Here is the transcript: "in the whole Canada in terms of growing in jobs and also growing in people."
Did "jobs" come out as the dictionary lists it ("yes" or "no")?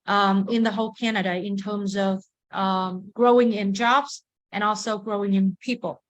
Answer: yes